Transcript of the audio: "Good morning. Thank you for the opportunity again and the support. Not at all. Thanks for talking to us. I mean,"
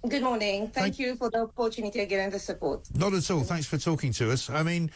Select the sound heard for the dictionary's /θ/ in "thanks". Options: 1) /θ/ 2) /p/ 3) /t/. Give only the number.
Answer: 1